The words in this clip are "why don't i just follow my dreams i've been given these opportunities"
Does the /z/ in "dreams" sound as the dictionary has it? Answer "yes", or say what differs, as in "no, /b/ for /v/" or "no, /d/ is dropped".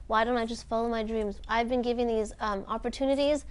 yes